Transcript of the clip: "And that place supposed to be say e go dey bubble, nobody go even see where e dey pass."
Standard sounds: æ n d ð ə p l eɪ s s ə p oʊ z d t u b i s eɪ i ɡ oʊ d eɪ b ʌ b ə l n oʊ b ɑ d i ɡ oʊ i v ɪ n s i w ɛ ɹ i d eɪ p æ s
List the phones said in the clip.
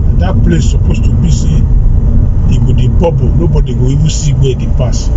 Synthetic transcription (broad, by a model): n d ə p l eɪ s s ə p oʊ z t u b i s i i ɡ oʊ d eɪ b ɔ b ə n oʊ b ɑ d i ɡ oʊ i w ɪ s i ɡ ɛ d i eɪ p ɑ s